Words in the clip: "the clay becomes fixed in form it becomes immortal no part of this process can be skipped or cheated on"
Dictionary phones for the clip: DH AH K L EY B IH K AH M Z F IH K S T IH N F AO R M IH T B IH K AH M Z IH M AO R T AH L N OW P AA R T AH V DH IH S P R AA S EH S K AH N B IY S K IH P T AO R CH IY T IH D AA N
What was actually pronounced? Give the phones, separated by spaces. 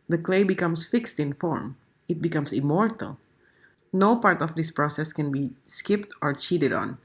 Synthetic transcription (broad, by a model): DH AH K L EY B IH K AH M S F IH K S T IH N F AO R M IH T B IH K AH M S IH M AO R T AH L N OW P AA R T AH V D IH S P R AA S EH S K AH N B IY S K IH P T AO R CH IY T IH D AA N